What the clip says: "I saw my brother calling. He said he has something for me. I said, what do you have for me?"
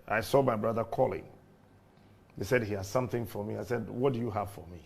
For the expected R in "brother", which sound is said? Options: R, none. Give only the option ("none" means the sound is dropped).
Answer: R